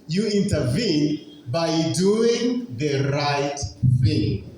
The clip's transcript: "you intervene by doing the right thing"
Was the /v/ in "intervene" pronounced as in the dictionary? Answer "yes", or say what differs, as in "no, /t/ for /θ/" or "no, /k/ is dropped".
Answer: yes